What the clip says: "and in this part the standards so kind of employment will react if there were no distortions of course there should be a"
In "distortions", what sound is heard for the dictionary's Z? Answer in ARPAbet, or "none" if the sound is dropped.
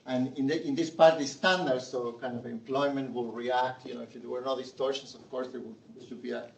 S